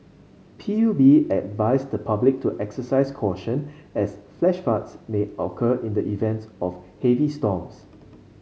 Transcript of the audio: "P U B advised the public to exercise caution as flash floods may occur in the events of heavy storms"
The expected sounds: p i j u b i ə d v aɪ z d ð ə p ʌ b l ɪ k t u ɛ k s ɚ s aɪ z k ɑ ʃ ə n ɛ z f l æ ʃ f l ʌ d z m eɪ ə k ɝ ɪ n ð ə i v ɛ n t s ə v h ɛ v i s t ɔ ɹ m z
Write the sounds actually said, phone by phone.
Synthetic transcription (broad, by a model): p i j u b i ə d v aɪ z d ə p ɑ b l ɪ k t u ɛ k s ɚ s aɪ s k ɑ ʃ ə n ɛ s f l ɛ ʃ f ɑ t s m eɪ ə k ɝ ɪ n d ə i v ɛ n t s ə f h ɛ v i s t ɔ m s